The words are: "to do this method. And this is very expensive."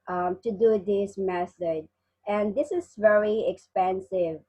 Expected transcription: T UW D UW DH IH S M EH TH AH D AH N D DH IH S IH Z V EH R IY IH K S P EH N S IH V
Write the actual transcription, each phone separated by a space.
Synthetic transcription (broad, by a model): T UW D UW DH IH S M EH S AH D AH N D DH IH S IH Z V EH R IY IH K S P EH N S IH V